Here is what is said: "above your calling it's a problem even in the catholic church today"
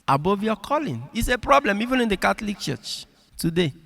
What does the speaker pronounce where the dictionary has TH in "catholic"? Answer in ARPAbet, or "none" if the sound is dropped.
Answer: T